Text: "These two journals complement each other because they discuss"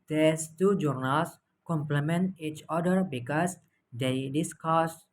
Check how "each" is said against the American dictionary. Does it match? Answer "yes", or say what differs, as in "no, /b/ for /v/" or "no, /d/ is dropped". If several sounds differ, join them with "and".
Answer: yes